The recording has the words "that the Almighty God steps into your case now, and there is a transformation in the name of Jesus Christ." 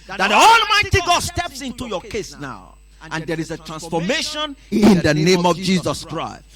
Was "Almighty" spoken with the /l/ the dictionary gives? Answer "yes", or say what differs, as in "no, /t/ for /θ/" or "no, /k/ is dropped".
yes